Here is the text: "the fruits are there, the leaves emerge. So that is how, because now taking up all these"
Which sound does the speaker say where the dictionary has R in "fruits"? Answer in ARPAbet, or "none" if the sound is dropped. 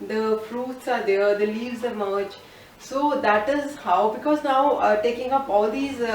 R